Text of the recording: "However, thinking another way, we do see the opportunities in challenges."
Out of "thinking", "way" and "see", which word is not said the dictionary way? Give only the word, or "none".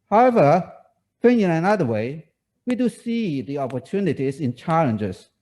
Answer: thinking